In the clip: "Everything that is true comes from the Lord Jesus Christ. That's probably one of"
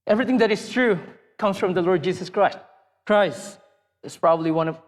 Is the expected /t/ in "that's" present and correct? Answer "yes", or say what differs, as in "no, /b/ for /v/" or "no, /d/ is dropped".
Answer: no, /s/ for /t/